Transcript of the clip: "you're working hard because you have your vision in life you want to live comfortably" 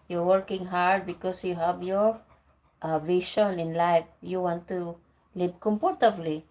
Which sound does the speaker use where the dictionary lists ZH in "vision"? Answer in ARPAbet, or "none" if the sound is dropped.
SH